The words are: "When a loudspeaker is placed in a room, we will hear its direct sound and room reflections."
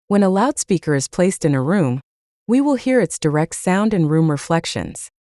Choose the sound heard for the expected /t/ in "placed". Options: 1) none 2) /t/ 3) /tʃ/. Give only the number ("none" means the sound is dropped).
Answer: 2